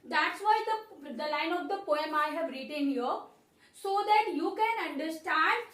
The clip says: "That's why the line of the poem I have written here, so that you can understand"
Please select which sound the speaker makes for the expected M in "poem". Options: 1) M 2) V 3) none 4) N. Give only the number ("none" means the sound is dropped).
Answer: 1